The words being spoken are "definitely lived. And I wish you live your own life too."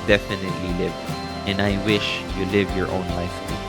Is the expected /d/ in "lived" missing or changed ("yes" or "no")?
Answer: yes